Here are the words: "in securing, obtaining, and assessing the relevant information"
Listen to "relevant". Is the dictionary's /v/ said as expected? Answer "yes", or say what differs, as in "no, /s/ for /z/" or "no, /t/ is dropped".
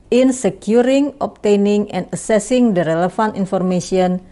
no, /f/ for /v/